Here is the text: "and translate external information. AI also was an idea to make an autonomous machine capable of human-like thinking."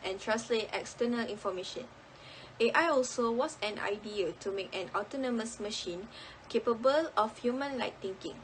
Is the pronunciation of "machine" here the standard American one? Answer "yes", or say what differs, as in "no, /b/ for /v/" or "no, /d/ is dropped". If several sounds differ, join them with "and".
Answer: yes